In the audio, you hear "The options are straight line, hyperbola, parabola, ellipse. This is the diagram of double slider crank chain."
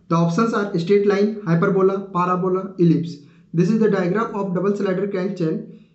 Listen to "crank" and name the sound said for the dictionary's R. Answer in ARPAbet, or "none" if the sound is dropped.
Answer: none